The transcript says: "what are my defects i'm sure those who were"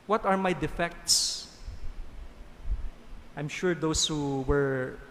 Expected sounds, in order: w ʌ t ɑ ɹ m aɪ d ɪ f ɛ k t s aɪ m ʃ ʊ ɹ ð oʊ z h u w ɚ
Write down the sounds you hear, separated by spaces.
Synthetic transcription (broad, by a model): w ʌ t ɑ ɹ m aɪ d ɪ f ɛ k t s aɪ m ʃ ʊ ɹ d oʊ s h u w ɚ